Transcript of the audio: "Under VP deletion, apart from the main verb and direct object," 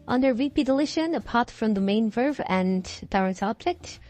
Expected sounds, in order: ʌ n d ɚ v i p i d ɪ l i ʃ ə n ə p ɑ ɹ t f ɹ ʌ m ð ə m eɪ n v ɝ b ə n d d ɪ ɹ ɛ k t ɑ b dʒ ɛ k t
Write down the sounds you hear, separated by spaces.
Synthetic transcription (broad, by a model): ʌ n d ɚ v i p i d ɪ l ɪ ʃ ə n ə p ɑ ɹ t f ɹ ʌ m ð ə m eɪ n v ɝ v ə n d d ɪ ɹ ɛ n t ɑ b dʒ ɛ k t